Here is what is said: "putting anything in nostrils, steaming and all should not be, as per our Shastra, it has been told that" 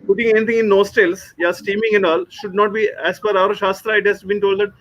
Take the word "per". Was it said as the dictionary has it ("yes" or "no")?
no